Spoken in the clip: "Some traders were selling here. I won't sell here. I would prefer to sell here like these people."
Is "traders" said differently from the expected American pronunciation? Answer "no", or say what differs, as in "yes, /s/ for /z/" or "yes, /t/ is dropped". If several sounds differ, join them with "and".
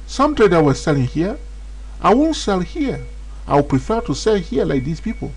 yes, /z/ is dropped